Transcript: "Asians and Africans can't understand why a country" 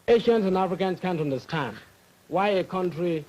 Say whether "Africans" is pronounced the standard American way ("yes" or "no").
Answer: no